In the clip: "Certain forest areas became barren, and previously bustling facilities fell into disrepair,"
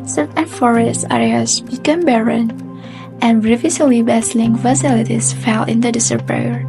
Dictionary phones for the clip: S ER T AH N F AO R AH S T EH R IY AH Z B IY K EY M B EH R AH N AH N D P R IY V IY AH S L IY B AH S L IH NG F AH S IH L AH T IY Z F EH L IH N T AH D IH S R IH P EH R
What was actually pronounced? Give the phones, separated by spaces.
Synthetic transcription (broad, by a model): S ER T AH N F AO R AH S T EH R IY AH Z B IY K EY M B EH R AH N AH N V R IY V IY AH L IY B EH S L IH NG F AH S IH L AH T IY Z F EH L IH N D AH D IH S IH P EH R